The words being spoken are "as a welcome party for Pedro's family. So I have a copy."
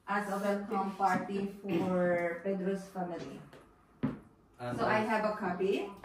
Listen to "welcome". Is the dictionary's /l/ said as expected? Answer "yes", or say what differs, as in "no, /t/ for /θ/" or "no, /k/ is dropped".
no, /n/ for /l/